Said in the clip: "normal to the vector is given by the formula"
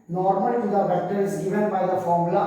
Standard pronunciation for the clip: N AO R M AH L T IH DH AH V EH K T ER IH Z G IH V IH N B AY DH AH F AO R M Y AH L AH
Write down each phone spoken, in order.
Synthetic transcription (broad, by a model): N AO R M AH L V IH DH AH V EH T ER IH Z G IH V IH N B AY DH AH F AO R M L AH